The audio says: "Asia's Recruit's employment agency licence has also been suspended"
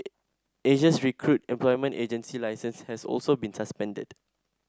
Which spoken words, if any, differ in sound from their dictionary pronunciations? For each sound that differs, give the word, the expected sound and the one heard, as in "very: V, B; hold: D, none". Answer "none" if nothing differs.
asia's: Z, S; recruit's: S, none